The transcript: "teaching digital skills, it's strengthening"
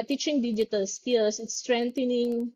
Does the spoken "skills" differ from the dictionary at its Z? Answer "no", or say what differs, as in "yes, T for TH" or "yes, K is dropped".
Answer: yes, S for Z